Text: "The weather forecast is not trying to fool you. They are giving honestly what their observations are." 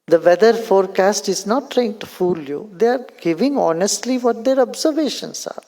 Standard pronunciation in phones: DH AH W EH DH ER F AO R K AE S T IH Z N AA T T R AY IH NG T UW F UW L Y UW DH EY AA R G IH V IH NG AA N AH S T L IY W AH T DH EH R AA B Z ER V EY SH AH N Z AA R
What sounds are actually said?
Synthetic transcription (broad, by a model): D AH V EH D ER F AO R K AE S T IH Z N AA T T R AY IH NG T UW F UW L Y UW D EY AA R G IH V IH NG AA N AH S T L IY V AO T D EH R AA B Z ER V EY SH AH N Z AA R